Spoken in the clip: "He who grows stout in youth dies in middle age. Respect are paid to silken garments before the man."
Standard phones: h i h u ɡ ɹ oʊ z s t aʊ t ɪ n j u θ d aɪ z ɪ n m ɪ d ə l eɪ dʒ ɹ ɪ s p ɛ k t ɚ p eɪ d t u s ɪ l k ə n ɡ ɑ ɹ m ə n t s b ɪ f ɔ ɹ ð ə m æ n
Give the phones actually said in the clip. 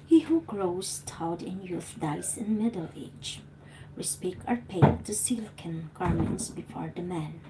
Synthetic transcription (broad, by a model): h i h u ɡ ɹ oʊ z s t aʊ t ɪ n j u θ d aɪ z ɪ n m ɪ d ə l eɪ dʒ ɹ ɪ s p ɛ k ɚ p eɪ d t u s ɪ l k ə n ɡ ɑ ɹ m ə n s b ɪ f ɔ ɹ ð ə m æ n